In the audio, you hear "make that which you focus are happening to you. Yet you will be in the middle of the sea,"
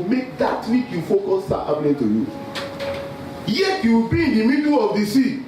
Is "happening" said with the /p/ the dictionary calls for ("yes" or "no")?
no